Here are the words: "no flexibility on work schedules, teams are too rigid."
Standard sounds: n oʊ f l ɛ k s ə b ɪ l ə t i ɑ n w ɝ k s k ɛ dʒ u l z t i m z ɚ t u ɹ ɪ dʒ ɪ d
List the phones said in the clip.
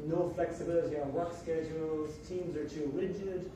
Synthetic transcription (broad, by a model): n oʊ f l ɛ k s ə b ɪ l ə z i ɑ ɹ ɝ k s k ɛ dʒ u l z t i m z ɚ t u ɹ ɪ dʒ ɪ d